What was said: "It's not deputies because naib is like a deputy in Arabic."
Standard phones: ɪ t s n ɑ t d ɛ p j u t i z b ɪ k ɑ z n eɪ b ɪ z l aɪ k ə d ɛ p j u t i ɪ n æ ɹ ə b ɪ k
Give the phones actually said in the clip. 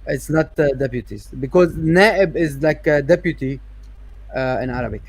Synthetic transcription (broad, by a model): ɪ t s n ɑ t d ɛ p j u t i z b ɪ k ɑ z n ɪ b ɪ z l aɪ k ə d ɛ p j u t i ɪ n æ ɹ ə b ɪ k